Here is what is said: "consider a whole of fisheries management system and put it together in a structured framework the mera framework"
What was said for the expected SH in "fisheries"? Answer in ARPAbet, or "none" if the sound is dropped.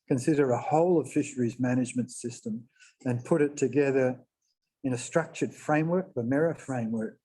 SH